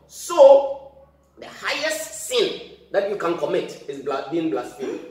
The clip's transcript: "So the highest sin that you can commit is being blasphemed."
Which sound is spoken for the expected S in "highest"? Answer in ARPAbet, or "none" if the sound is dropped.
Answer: S